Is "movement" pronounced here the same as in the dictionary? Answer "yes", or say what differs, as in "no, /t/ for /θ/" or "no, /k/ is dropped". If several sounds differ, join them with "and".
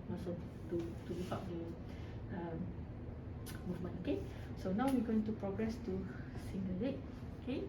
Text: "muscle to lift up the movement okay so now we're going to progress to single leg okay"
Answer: no, /t/ is dropped